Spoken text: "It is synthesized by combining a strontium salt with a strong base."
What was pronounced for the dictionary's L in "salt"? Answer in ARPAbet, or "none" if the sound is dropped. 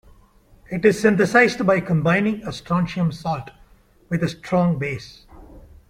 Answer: L